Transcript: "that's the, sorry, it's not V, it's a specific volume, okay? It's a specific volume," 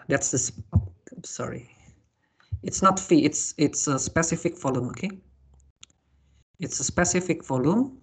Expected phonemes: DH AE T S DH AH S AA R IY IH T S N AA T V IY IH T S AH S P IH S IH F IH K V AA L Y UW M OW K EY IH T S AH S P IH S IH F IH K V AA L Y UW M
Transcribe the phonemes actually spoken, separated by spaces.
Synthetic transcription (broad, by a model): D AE T S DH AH S AA R IY IH T S N AA T F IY IH T S AH S P IH S IH F IH K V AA L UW M OW K EY IH T S AH S P IH S IH F IH K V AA L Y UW M